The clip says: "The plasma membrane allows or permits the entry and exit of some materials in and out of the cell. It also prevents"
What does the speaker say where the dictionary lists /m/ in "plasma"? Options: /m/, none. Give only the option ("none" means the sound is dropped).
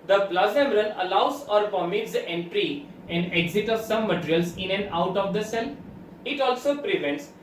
none